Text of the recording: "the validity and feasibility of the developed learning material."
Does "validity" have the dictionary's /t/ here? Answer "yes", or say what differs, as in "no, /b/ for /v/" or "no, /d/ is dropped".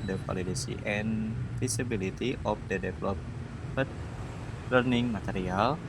no, /s/ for /t/